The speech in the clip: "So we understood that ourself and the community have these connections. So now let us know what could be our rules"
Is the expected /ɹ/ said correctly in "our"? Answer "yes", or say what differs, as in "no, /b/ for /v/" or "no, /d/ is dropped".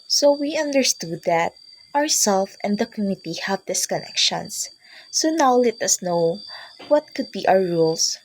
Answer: no, /w/ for /ɹ/